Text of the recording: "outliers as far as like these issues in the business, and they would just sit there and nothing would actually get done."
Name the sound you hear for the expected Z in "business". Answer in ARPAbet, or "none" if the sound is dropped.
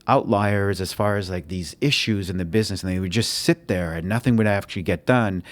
Z